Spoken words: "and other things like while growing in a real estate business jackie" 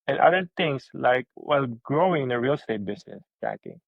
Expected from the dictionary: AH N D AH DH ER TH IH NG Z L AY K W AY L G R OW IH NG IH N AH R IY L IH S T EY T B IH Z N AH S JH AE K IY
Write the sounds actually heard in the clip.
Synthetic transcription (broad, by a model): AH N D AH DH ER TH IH NG S L AY K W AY L G R OW IH NG IH N AH R IY L S T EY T B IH S N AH S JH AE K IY